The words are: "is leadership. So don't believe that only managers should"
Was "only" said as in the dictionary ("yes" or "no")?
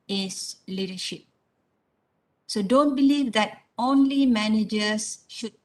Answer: yes